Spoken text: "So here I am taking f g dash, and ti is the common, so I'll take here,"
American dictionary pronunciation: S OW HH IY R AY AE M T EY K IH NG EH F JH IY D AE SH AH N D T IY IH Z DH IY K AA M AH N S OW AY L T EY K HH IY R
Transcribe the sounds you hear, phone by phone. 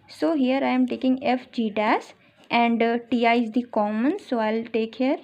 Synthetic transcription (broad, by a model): S OW HH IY R AY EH M T EY K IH NG EH F JH IY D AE S AH N D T IY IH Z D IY K AA M AH N S OW AY L T EY K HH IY R